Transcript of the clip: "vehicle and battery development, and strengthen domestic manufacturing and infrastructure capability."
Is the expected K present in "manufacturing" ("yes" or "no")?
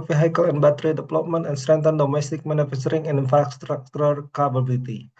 no